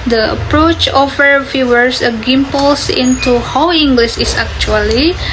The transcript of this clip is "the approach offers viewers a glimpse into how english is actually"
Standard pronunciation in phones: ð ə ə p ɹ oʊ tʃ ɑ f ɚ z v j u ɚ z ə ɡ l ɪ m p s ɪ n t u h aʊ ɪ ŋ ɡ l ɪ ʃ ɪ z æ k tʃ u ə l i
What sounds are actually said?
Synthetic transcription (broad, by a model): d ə ə p ɹ oʊ tʃ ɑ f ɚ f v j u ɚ s ə ɡ ɪ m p s ɪ n t u h aʊ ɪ ŋ ɡ l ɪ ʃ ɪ s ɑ k tʃ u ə l i